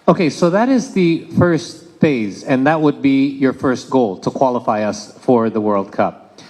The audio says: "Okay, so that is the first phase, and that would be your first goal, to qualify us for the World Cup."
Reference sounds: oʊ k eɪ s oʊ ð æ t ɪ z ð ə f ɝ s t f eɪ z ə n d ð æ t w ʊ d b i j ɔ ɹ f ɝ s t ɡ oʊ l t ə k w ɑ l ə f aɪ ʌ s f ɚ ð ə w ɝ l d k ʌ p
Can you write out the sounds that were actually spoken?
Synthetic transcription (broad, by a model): oʊ k eɪ s oʊ ð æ t ɪ z ð ə f ɝ s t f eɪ z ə n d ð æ t w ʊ d b i j ɔ ɹ f ɝ s t ɡ oʊ l t ə k w ɑ l ə f aɪ ʌ s f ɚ ð ə w ɝ l d k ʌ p